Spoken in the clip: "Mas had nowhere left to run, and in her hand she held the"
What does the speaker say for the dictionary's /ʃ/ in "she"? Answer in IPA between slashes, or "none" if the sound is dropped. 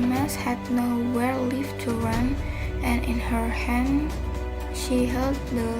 /ʃ/